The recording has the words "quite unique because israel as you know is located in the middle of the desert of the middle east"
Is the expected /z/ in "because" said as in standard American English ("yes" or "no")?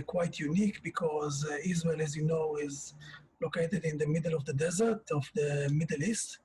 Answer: yes